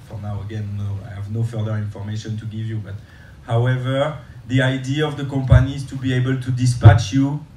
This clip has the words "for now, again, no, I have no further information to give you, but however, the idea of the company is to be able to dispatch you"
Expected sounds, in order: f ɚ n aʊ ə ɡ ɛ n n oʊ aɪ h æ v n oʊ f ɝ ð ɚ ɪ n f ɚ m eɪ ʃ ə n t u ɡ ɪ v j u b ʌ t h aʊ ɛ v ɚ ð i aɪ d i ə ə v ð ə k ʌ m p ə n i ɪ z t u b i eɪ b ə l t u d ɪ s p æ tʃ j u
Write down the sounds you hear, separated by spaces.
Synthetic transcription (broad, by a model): f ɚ n aʊ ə ɡ ɛ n n oʊ aɪ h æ v n oʊ f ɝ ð ɚ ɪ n f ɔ m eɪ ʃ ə n t u ɡ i v j u b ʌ t h aʊ ɛ v ɚ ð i aɪ d i ə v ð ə k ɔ m p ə n i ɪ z t u b i eɪ b ə l t u d ɪ s p æ tʃ j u